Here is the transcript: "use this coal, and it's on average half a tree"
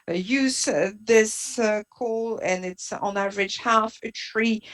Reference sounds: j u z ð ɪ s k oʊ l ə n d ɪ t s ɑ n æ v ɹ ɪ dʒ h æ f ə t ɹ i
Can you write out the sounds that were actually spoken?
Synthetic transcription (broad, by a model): j u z ð ɪ s k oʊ l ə n ɪ t s n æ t ɹ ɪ tʃ h æ f ə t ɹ i